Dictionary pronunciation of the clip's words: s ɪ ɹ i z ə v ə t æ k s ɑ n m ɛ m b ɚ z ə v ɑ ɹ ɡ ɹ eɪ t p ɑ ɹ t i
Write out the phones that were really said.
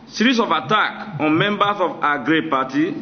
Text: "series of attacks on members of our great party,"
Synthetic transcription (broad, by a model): s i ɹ i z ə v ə t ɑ k ɑ n m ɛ m b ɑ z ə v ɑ ɡ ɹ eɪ p ɑ t i